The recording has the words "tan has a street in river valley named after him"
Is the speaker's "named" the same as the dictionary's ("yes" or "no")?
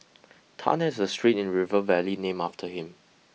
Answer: no